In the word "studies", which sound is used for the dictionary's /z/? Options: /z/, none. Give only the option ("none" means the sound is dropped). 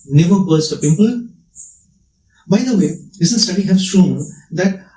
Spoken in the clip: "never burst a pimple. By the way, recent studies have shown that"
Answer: none